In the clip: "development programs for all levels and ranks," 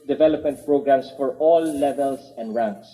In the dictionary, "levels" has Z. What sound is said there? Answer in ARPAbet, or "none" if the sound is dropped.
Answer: S